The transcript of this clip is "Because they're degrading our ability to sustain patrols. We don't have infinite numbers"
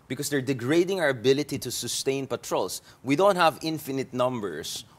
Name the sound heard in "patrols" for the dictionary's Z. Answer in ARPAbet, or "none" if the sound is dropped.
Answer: S